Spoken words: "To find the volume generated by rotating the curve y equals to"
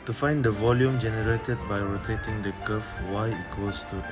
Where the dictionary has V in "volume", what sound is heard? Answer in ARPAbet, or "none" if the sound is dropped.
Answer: V